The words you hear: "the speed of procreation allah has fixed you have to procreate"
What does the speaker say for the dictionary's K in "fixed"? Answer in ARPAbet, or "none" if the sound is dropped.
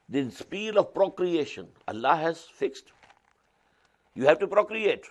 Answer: K